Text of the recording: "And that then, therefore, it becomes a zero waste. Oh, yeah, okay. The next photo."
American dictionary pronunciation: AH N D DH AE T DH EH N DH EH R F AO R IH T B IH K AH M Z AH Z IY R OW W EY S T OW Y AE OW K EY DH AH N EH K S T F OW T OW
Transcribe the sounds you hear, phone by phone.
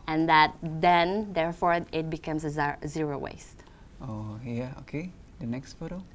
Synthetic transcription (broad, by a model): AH N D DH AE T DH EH N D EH R F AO R IH T B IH K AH M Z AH Z IY R OW W EY S T OW Y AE OW K EY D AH N EH K S T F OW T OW